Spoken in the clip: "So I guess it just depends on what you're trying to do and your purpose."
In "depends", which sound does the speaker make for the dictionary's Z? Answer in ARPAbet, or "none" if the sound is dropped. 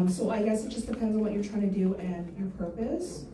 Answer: Z